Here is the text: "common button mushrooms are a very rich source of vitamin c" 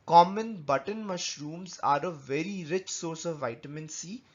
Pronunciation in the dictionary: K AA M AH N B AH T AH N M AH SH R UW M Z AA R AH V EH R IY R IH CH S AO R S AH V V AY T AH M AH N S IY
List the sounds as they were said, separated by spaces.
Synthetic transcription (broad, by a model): K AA M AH N B AH T AH N M AH SH R UW M Z AA R AH V EH R IY R IH CH S AO R S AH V V AY T AH M AH N S IY